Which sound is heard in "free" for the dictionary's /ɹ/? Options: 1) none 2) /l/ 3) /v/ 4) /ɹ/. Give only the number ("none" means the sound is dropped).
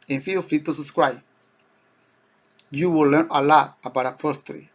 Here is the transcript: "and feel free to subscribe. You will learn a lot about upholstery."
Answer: 1